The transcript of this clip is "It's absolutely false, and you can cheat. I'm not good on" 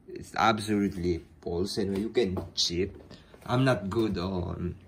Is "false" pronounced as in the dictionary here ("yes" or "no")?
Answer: no